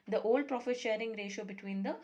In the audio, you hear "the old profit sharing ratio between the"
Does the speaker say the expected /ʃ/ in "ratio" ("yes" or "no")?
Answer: yes